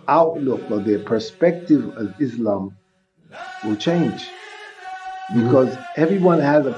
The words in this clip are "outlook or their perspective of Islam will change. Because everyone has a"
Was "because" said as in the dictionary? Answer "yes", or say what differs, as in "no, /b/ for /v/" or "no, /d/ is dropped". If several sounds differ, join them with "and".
yes